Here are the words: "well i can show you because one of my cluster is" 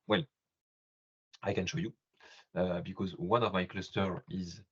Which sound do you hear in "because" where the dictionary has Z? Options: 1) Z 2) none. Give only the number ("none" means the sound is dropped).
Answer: 1